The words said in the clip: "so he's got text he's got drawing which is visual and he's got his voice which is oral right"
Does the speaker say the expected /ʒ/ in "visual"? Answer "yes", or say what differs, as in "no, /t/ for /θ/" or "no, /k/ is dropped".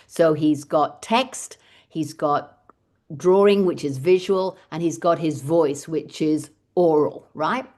yes